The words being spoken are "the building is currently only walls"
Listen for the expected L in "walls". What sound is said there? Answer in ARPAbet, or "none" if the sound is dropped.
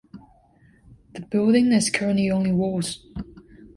none